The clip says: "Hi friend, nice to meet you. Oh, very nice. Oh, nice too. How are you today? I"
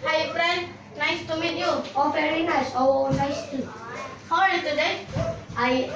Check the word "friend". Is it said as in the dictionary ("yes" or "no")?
no